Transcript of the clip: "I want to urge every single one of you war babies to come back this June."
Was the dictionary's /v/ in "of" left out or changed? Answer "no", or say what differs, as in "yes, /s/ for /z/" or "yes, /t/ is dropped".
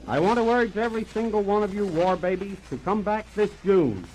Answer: no